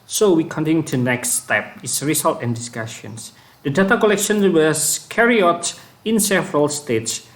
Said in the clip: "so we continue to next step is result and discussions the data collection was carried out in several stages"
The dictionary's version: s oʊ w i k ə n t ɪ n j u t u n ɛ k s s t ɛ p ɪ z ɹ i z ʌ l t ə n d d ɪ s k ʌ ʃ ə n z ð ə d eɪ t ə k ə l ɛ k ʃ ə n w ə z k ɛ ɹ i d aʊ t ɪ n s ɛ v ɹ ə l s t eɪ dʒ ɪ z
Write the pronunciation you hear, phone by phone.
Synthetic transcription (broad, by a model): s oʊ w i k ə n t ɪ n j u t u n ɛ k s s t ɛ p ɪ s ɹ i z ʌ l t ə n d d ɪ s k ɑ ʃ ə n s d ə d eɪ t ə k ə l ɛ k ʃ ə n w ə s k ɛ ɹ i ɔ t ɪ n s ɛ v ɹ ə l s t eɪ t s